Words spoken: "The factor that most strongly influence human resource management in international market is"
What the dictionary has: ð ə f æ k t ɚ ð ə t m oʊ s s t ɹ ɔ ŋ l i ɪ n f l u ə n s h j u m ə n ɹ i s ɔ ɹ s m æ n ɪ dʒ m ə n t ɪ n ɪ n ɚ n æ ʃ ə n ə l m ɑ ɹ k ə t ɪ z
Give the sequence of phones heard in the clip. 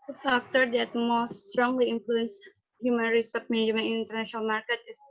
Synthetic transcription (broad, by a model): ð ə f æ k t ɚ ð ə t m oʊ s s t ɹ ɔ ŋ l i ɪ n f l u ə n s h j u m ə n ɹ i s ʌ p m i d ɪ m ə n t ɪ n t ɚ n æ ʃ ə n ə l m ɑ ɹ k ə t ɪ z